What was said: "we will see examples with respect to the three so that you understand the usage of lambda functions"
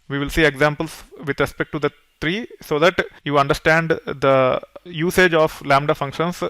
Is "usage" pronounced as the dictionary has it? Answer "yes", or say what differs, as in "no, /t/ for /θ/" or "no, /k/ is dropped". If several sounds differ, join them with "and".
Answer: yes